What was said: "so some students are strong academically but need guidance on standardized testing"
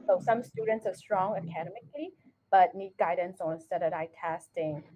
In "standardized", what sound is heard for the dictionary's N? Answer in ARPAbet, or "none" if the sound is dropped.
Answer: none